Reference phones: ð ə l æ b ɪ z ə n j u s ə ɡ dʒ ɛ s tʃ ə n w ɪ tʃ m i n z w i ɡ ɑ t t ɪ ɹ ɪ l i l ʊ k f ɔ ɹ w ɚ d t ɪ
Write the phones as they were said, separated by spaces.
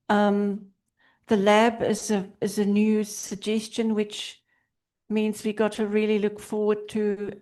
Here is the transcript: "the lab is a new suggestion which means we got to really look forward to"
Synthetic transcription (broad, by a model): ð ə l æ b ɪ z ə n j u s ə ɡ dʒ ɛ s tʃ ə n w ɪ tʃ m i n z w i ɡ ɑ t t ɪ ɹ ɪ l i l ʊ k f ɔ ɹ w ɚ d t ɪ